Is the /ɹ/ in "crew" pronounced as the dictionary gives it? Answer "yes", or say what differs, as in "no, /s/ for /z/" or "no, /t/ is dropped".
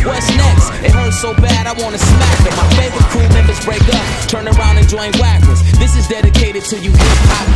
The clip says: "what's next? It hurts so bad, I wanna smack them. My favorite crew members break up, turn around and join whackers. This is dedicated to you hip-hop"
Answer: no, /ɹ/ is dropped